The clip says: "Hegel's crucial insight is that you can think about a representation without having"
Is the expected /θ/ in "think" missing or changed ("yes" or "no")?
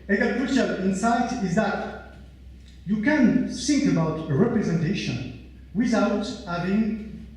yes